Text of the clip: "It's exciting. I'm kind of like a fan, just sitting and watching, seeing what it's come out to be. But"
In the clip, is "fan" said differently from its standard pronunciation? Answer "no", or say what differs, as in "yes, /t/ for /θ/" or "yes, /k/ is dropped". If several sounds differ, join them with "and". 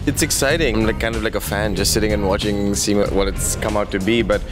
no